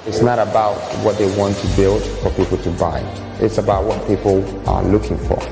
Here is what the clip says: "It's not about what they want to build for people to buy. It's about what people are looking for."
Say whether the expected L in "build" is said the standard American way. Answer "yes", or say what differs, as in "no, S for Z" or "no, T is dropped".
yes